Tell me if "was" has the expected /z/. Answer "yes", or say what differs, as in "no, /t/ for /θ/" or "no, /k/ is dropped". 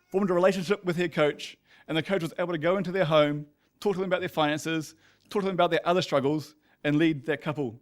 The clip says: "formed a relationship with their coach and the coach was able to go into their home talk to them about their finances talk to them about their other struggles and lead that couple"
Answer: yes